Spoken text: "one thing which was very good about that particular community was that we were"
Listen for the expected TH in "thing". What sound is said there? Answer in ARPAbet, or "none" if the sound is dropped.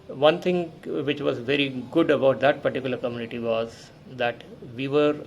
T